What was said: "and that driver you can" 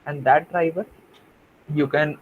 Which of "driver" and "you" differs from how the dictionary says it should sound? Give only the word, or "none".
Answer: none